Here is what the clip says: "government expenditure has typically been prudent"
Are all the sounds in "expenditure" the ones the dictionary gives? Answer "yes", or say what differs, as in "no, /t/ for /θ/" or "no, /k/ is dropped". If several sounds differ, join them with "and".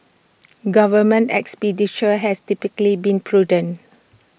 no, /n/ is dropped